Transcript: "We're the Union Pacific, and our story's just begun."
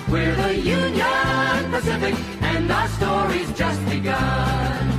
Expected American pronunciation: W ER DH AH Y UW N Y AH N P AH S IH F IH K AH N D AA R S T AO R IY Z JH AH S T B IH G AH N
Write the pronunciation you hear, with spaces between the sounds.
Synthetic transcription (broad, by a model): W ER DH AH Y UW N Y AH N P AH S IH F IH K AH N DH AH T S T AO R IY Z JH AH S T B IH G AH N